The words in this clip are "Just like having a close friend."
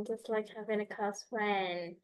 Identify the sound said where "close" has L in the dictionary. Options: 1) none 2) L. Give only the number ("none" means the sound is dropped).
1